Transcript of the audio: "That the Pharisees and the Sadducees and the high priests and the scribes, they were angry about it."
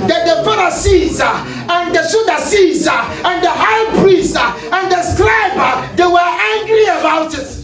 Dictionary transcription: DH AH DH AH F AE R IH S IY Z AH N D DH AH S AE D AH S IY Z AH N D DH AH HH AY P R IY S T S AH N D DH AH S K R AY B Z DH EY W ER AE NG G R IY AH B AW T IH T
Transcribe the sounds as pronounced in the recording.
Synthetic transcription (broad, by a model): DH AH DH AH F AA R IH S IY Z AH N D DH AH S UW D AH S IY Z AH N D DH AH HH AY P R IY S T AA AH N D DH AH S K L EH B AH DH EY W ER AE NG G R IY AH B AW T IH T